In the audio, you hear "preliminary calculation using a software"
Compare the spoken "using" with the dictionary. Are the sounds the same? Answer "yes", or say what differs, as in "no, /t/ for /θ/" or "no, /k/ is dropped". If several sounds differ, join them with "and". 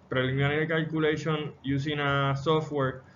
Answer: no, /s/ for /z/